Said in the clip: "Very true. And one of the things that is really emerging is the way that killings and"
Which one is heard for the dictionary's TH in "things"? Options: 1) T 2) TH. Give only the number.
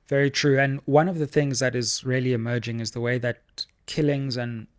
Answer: 2